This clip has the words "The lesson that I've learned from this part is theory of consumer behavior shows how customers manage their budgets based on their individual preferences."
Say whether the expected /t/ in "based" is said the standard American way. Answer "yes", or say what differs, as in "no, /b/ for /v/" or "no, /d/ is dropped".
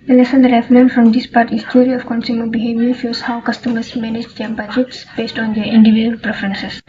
yes